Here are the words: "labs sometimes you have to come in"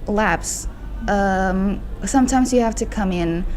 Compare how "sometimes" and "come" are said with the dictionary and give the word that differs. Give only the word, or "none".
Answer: none